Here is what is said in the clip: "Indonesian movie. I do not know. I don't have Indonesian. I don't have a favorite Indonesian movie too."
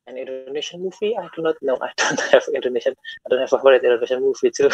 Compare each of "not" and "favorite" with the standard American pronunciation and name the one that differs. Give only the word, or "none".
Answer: favorite